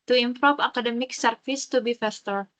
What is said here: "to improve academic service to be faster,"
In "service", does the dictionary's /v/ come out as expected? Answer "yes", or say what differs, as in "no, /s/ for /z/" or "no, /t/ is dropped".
no, /f/ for /v/